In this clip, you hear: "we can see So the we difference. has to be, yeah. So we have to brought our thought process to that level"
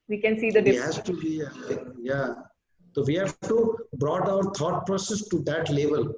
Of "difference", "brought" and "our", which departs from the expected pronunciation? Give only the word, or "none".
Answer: difference